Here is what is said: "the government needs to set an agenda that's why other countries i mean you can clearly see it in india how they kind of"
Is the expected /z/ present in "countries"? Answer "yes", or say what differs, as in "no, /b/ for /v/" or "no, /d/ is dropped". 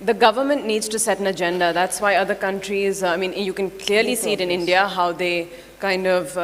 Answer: yes